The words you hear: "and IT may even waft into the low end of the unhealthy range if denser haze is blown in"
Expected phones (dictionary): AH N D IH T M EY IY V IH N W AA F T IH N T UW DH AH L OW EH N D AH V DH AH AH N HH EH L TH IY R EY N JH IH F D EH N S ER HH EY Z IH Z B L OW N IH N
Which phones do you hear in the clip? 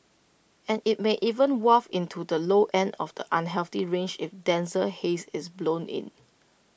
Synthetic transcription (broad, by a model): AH N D IH T M EY IY V IH N W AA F IH N T UW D AH L OW EH N D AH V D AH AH N HH EH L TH IY R EY N JH IH F D EH N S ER HH EY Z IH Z B L OW N IH N